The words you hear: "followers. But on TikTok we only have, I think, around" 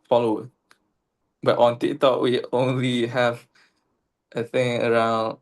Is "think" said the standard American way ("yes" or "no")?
no